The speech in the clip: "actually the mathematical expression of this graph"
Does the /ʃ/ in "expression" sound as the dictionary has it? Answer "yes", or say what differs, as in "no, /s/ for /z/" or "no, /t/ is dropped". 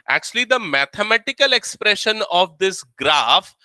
yes